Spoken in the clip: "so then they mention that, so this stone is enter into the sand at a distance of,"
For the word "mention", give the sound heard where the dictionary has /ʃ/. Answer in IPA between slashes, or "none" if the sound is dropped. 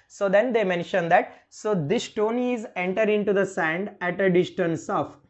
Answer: /ʃ/